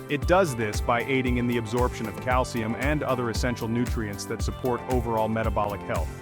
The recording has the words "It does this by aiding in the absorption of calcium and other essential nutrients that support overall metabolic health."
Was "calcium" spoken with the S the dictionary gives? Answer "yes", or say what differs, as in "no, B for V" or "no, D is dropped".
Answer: yes